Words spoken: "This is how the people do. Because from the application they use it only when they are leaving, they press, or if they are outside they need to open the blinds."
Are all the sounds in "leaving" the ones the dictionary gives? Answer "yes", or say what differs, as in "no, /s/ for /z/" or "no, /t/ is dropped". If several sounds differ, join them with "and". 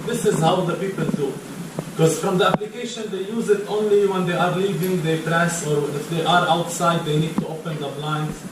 yes